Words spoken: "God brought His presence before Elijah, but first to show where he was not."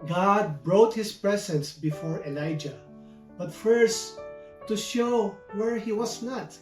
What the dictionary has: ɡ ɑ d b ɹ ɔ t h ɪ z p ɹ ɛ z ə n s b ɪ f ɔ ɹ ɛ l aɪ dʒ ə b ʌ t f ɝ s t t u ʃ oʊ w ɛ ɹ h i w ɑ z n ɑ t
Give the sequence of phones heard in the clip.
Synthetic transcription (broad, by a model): ɡ ɑ d b ɹ ɔ t h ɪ s p ɹ ɛ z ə n s b ɪ f ɔ ɹ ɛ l aɪ dʒ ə b ʌ t f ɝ s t t u ʃ oʊ w ɛ ɹ h i w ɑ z n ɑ t